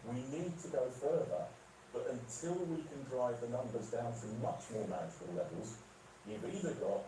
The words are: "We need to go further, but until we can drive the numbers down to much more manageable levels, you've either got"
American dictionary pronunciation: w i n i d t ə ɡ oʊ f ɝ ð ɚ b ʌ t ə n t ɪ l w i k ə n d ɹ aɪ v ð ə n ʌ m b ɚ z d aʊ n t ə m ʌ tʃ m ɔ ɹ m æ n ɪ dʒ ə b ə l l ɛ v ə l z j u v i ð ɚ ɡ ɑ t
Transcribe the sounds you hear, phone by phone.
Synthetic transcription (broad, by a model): w i n i d t ə ɡ oʊ f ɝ ð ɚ b ʌ t ə n t ɪ l w i k ə n d ɹ aɪ v ð ə n ʌ m b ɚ z d aʊ n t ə m ʌ tʃ m ɔ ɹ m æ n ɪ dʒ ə ə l l ɛ v ə l z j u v i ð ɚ ɡ ɑ t